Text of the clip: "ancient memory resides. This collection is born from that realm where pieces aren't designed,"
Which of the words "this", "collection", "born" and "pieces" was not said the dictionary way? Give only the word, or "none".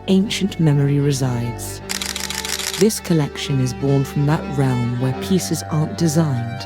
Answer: none